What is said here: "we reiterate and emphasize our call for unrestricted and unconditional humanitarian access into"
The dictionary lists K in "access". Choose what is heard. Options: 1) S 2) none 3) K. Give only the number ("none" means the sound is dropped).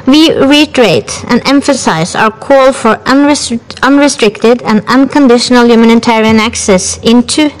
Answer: 3